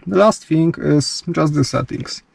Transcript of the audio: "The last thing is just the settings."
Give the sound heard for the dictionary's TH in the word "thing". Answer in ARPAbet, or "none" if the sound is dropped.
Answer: F